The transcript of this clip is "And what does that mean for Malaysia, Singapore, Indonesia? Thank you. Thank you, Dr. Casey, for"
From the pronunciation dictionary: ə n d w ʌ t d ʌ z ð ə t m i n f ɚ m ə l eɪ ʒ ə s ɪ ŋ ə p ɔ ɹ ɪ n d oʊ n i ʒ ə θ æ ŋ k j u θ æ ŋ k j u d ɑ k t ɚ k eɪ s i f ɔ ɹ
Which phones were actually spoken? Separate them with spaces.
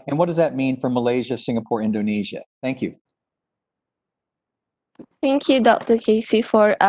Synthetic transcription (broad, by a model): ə n w ʌ t d ʌ z ð ə t m i n f ɚ m ə l eɪ ʒ ə s ɪ ŋ ə p ɔ ɹ ɪ n d oʊ n i ʒ ə θ æ ŋ k j u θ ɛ ŋ k j u d ɑ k t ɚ k eɪ s i f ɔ ɹ